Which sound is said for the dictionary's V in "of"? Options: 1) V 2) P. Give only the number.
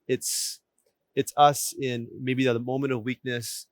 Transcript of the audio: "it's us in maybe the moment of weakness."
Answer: 1